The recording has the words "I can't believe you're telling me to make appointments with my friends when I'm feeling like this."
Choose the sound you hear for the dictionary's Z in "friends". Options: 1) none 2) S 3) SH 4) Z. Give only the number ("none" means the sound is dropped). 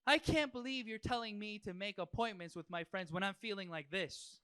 4